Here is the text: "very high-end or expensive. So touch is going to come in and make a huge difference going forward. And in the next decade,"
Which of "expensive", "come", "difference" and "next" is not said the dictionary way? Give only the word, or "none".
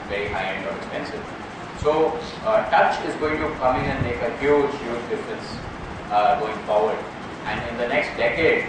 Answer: difference